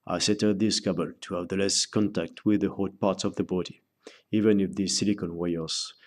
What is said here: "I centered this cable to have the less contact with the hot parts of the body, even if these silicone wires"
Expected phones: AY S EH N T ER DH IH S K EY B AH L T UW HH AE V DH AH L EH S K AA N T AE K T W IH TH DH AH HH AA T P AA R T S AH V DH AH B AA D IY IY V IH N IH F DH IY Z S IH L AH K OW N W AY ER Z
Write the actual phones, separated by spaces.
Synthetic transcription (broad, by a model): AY S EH T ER DH IH S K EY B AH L T UW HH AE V DH AH L EH S K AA N T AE K T W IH DH AH HH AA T P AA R T S AH V DH AH B AA D IY IY V IH N IH F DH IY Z S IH L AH K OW N W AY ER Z